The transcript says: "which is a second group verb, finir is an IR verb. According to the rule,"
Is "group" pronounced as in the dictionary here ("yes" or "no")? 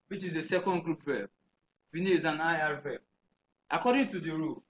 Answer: yes